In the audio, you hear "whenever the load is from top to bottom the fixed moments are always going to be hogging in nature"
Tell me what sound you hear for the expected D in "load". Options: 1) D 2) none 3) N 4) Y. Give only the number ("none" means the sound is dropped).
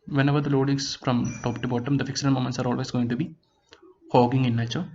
1